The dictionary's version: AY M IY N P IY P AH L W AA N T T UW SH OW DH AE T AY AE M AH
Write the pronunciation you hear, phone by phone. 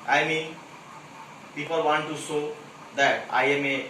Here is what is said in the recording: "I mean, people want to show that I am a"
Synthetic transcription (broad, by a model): AY M IY N P IY P AH L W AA N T T UW S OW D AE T AY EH M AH